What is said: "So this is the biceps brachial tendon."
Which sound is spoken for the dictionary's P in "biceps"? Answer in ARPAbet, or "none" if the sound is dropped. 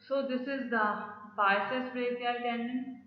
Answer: none